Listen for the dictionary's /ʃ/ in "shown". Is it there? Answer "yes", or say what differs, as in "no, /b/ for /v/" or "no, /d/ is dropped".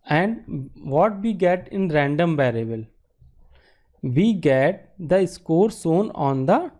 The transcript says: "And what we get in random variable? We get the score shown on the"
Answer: no, /s/ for /ʃ/